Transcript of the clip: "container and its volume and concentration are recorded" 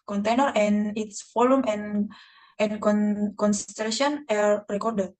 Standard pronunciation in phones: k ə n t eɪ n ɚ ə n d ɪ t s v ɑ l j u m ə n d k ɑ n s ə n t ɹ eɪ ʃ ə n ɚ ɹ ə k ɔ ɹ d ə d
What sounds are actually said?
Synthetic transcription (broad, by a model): k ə n t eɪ n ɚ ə n ɪ t s f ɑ l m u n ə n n k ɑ n s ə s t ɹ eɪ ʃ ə n ɚ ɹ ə k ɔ ɹ d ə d